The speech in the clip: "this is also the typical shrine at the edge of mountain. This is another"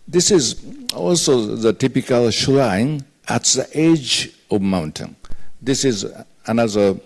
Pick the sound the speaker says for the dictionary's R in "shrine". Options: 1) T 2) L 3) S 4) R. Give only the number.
2